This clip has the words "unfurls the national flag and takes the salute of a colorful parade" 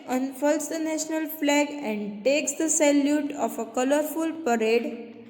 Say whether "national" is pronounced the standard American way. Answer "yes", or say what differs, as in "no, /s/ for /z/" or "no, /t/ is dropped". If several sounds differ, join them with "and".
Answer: yes